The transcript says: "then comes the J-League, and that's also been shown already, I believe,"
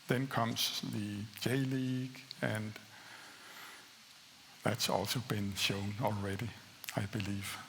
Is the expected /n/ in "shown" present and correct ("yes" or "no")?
yes